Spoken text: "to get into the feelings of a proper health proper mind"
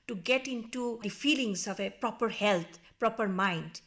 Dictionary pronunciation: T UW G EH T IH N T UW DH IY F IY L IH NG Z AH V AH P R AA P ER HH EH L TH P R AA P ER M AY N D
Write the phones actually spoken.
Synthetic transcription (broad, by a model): T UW G EH T IH N T UW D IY F IY L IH NG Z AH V AH P R AA P ER HH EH L T P R AA P ER M AY N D